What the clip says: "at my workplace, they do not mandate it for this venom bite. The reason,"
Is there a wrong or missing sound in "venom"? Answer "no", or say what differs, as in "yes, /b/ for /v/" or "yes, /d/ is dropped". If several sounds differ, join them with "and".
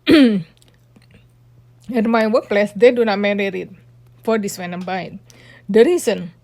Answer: yes, /w/ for /v/